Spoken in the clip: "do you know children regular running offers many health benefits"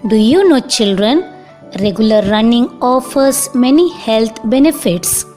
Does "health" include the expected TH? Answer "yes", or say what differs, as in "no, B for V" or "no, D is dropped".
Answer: no, T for TH